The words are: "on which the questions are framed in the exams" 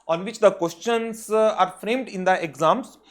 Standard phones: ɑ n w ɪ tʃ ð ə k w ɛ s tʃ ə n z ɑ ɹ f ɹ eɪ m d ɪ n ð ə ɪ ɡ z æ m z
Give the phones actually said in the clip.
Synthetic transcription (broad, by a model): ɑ n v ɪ tʃ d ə k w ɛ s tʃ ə n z ɑ ɹ f ɹ eɪ m d ɪ n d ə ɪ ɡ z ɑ m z